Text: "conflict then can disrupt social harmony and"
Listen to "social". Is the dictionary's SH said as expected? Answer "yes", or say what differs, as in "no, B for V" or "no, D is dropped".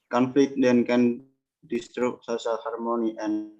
no, S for SH